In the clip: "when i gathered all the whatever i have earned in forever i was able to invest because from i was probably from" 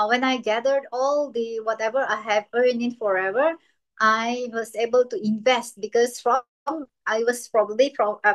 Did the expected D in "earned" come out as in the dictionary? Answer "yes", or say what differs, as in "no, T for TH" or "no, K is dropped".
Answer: no, D is dropped